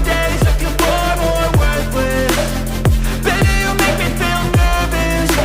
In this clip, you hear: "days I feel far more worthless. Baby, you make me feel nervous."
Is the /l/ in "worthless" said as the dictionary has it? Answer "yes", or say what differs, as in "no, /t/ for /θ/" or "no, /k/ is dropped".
no, /w/ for /l/